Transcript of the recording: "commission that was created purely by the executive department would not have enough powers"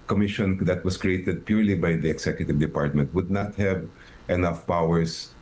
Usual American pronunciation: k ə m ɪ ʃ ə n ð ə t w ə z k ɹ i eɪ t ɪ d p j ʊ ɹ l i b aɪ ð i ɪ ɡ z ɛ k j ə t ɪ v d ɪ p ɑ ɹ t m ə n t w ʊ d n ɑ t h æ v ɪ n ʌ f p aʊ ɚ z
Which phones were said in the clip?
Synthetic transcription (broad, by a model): k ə m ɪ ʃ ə n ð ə t w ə s k ɹ i eɪ t ɪ d p j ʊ ɹ l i b aɪ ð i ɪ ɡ s ɛ k j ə t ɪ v d ɪ p ɑ ɹ t m ə n t w ʊ d n ɑ t h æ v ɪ n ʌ f p aʊ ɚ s